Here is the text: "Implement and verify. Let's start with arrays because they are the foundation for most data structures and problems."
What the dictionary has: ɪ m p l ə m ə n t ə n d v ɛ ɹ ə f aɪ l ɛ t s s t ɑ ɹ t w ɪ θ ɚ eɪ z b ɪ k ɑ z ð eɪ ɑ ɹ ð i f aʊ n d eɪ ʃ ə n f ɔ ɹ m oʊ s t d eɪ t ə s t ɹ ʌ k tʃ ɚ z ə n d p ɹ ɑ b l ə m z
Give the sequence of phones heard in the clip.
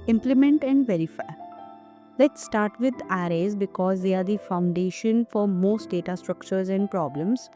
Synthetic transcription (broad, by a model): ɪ m p l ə m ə n t ə n d v ɛ ɹ ə f aɪ l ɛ t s s t ɑ ɹ t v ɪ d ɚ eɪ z b ɪ k ɑ z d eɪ ɑ ɹ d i f aʊ n d eɪ ʃ ə n f ɔ ɹ m oʊ s t d eɪ t ə s t ɹ ʌ k tʃ ɚ z ə n d p ɹ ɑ b l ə m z